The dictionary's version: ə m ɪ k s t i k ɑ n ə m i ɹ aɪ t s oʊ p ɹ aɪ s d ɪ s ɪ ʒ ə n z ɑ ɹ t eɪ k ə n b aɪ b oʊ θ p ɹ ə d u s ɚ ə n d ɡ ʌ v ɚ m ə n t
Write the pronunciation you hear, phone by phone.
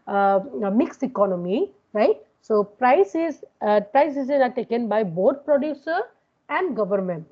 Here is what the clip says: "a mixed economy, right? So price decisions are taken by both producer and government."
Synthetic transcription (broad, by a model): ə m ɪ k s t i k ɑ n ə m i ɹ aɪ t s oʊ p ɹ aɪ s d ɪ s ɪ z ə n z ɑ ɹ t eɪ k ə n b aɪ b oʊ t p ɹ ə d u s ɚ ə n d ɡ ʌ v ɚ m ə n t